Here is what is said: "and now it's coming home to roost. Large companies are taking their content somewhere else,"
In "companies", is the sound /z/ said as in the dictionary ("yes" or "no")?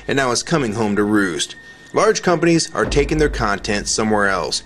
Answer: yes